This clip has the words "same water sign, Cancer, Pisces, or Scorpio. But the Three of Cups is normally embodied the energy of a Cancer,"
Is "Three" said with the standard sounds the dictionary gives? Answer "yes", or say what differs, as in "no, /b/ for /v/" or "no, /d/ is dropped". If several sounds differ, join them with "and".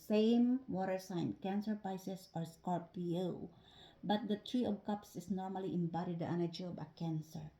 no, /t/ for /θ/